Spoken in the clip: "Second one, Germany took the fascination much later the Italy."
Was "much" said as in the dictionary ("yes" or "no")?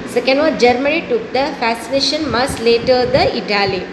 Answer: no